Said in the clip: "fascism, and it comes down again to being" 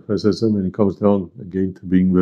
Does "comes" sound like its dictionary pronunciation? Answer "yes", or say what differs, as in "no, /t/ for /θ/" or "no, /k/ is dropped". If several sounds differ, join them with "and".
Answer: yes